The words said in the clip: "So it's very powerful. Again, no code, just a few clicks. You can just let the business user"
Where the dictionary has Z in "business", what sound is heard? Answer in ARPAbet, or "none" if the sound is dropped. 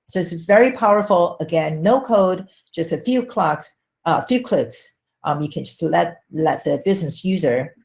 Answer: Z